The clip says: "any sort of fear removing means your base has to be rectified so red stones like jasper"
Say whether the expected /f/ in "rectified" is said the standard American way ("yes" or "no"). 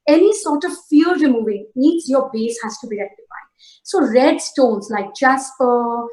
no